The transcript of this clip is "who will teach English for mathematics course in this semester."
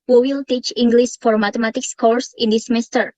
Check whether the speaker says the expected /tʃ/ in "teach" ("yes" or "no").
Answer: yes